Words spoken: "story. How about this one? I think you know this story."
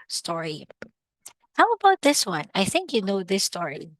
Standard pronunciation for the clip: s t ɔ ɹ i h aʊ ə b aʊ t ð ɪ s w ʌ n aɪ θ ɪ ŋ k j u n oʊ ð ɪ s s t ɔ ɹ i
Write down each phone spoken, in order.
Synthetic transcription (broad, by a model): s t ɔ ɹ i h aʊ ə b aʊ t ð ɪ s w ʌ n aɪ θ ɪ ŋ k j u n oʊ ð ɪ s s t ɔ ɹ i